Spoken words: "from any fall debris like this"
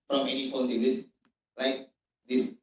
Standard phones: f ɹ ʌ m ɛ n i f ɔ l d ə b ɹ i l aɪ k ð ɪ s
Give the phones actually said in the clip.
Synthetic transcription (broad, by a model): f ɹ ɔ m ɛ n i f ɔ n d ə ɹ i l aɪ k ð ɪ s